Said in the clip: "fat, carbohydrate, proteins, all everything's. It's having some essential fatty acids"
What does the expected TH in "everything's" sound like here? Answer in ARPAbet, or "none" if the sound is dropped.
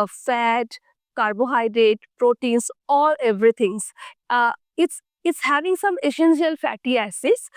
T